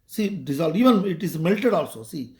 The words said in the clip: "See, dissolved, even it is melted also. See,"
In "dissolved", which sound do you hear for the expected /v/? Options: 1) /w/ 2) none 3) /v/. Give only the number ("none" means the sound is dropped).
2